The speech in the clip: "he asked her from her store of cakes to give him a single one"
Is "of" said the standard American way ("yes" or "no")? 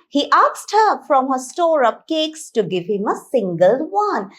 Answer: no